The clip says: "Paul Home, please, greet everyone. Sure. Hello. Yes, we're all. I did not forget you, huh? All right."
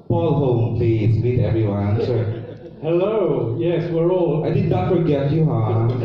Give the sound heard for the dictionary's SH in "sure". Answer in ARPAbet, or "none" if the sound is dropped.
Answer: S